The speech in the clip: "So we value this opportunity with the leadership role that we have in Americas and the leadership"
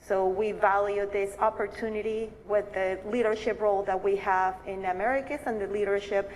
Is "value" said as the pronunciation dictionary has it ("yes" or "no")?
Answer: yes